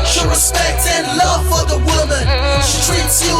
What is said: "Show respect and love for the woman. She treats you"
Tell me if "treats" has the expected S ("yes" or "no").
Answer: yes